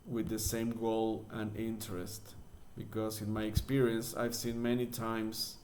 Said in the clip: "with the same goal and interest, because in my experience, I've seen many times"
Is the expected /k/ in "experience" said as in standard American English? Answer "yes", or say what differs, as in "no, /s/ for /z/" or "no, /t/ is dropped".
yes